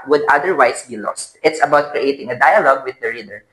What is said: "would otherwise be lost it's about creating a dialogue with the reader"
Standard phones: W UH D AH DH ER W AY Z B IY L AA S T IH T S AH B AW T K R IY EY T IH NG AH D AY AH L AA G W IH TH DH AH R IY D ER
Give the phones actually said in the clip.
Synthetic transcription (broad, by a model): W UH D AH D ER W AY S B IY L AA S T IH T S AH B AW T K R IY EY T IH NG AH D AY AH L AA G W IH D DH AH R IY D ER